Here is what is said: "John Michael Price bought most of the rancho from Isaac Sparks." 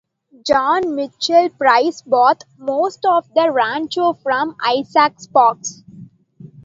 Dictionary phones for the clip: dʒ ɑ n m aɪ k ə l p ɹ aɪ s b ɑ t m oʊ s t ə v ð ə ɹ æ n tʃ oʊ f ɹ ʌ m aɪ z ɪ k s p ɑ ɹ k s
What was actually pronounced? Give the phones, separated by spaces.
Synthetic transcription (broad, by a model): dʒ ɑ n m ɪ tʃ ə l p ɹ aɪ s b ɑ t m oʊ s t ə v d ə ɹ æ n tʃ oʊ f ɹ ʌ m aɪ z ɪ k s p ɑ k s